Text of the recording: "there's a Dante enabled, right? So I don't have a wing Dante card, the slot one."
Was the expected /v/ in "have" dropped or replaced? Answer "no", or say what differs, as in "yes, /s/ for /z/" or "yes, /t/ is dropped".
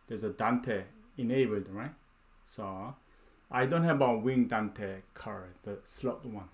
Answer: yes, /b/ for /v/